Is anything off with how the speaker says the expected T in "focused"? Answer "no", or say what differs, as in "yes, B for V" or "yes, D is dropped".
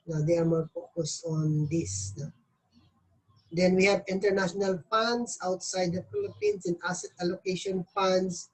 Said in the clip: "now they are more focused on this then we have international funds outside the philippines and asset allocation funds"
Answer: yes, T is dropped